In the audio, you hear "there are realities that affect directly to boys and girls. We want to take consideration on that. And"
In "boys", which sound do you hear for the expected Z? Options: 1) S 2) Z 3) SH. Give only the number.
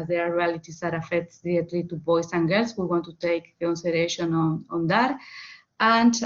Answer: 1